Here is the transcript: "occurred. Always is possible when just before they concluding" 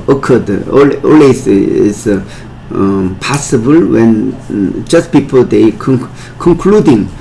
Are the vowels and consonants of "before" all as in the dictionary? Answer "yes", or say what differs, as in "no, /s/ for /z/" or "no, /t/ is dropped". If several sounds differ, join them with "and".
no, /p/ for /f/